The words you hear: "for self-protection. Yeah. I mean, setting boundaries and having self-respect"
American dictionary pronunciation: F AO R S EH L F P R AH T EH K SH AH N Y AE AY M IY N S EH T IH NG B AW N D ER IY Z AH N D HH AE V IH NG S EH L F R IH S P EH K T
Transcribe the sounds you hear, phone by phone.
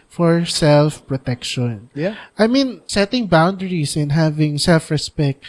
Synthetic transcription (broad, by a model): F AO R S EH L F P R AH T EH K SH AH N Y AY M IY N S EH T IH NG B AW N D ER IY S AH N HH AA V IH NG S EH L F R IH S P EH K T